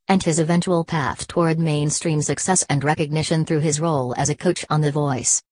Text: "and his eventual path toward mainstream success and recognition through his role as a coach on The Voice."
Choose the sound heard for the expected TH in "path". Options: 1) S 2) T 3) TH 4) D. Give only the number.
3